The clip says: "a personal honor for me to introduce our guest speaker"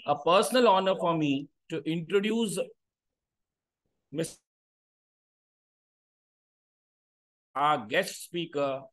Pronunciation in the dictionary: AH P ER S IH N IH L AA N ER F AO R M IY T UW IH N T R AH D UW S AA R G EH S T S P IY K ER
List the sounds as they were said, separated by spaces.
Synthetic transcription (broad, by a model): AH P ER S IH N IH L AA N ER F AO R M IY T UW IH N T R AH D UW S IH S G EH S T S P IY K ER